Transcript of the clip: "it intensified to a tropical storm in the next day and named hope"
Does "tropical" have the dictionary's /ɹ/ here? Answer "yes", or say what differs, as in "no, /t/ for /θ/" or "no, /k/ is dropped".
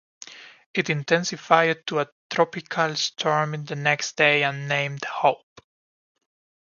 yes